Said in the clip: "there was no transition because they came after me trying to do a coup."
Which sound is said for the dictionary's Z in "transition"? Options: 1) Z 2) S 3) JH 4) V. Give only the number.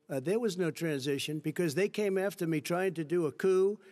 1